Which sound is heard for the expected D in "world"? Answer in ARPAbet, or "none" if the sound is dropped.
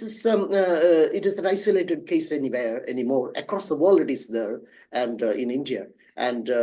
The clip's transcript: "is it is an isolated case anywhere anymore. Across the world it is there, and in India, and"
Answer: none